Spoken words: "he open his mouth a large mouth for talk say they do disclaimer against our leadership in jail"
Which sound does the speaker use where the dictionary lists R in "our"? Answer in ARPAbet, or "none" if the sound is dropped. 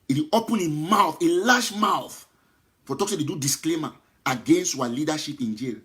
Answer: W